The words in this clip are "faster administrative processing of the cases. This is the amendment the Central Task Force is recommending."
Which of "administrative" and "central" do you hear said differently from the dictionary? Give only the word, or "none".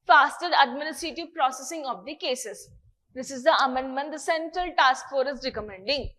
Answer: none